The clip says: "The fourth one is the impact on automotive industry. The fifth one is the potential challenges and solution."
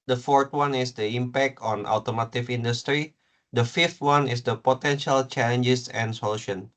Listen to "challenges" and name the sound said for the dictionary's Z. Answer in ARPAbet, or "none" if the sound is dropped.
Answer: S